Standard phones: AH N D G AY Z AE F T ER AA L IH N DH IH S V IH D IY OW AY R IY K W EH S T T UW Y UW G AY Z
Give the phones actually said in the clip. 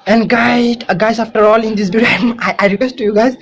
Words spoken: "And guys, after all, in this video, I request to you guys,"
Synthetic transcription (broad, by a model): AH N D G AY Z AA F T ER AA L IH N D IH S B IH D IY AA AY R IY K W EH S T T UW Y UW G AY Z